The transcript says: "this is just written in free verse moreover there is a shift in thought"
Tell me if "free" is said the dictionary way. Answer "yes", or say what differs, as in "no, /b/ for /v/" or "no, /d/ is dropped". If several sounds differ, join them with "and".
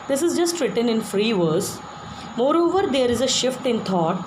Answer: yes